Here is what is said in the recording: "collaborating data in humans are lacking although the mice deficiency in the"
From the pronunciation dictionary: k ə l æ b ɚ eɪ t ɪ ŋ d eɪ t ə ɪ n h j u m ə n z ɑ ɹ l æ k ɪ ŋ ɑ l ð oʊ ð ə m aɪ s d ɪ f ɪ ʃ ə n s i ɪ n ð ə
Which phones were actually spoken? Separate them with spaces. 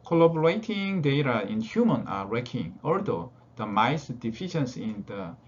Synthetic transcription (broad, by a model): k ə l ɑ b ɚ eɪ t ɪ ŋ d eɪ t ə ɪ n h j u m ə n ɑ ɹ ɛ k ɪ ŋ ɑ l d oʊ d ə m aɪ s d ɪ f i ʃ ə n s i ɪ n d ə